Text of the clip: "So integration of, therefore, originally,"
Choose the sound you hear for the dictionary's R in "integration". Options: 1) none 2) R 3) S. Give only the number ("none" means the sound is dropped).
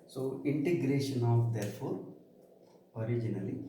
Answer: 2